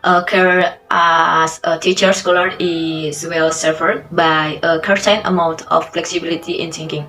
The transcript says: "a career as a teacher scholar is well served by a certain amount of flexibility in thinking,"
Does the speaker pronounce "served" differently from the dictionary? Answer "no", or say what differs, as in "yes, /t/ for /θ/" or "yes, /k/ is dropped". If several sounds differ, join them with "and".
yes, /v/ is dropped